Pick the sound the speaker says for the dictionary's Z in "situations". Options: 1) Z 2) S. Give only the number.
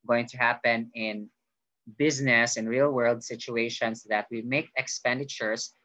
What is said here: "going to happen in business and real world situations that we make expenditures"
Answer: 2